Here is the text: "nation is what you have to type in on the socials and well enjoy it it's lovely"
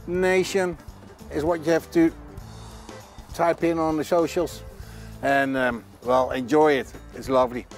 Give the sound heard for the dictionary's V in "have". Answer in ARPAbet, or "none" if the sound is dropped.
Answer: F